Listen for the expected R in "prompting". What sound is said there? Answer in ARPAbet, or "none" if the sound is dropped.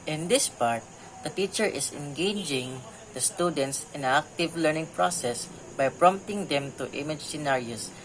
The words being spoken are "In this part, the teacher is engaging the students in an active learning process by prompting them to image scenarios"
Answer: R